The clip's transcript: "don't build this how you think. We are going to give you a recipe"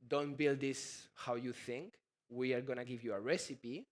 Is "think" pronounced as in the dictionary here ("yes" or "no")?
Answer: yes